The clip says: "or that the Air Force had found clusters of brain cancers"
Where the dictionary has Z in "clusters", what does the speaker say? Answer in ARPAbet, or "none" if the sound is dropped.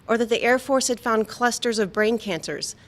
Z